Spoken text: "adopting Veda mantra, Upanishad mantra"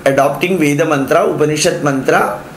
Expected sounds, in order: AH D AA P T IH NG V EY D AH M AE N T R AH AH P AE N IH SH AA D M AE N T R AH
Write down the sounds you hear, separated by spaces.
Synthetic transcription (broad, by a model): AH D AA P T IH NG V EY D AH M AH N T R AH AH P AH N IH SH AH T M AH N T R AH